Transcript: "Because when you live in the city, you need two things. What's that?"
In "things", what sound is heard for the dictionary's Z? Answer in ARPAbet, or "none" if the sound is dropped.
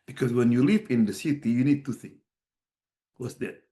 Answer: none